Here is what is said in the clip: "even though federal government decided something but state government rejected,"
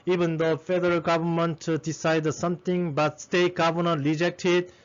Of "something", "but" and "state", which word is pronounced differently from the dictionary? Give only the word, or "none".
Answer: something